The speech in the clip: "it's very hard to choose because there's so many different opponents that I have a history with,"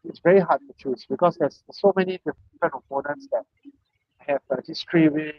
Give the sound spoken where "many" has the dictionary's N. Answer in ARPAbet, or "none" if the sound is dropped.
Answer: N